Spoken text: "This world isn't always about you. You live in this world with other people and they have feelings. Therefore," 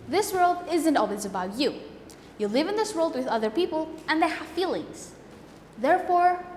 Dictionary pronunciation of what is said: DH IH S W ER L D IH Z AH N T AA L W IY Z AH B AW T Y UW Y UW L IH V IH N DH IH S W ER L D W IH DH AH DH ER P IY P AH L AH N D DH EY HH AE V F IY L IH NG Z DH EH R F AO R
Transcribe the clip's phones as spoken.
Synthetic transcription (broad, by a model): DH IH S W ER L D IH Z AH N T AA L W IY Z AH B AW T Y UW Y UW L IH V IH N DH IH S W ER L D W IH DH AH DH ER P IY P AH L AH N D DH EY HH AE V F IY L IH NG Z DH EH R F AO R